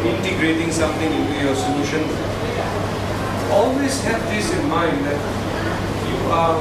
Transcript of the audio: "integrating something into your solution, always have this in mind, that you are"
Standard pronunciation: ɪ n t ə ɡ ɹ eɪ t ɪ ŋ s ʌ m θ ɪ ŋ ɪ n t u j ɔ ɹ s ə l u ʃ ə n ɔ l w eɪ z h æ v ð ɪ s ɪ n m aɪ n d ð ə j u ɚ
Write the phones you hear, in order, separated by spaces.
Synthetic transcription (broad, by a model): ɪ n t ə ɡ ɹ eɪ t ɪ ŋ s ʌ m t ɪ ŋ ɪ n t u j ɔ ɹ s ə l u ʃ ə n ɔ l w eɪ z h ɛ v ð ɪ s ɪ n m aɪ n d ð j u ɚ